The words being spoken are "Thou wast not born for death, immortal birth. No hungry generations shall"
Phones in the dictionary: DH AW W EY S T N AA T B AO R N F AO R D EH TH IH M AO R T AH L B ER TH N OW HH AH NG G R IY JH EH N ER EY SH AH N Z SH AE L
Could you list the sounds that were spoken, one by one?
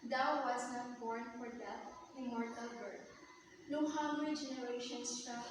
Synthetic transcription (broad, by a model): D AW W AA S N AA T B AO R N F AO R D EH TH IH M AO R T AH L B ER T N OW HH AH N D R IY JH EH N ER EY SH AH N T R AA